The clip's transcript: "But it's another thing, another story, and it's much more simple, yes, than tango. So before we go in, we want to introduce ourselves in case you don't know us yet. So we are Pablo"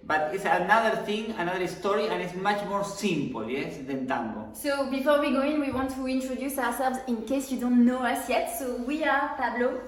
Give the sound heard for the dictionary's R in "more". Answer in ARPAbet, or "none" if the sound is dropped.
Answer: R